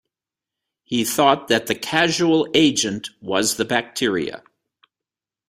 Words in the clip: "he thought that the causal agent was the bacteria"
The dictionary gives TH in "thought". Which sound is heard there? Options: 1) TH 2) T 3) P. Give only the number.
1